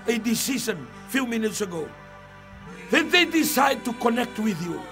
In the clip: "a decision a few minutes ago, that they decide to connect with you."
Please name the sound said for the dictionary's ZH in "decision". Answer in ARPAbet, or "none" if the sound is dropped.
S